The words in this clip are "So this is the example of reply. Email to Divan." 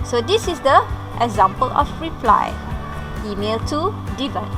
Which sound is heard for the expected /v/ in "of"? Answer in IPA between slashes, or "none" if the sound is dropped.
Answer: /f/